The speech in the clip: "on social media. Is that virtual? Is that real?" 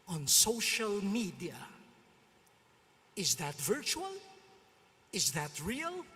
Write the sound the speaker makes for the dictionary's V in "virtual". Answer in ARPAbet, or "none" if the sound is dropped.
V